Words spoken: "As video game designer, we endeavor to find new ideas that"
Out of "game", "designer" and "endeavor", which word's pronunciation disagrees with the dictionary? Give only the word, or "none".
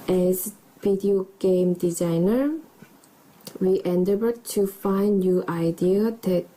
endeavor